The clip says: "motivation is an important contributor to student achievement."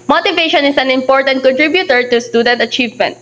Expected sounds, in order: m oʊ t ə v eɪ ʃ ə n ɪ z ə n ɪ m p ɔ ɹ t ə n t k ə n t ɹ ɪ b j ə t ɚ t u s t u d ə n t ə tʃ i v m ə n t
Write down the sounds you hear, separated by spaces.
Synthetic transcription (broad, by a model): m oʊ t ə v eɪ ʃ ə n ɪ s ə n ɪ m p ɔ ɹ t ə n t k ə n t ɹ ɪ b j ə t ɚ t u s t u d ə n t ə tʃ i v m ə n t